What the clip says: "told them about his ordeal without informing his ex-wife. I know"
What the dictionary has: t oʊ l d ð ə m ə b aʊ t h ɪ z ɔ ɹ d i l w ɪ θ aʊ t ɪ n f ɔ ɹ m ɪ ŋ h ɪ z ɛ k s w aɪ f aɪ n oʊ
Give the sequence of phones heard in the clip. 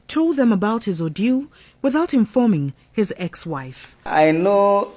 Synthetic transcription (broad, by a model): t oʊ l d ð ə m ə b aʊ t h ɪ z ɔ d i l w ɪ θ aʊ t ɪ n f ɔ ɹ m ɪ ŋ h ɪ z ɛ k s w aɪ f aɪ n oʊ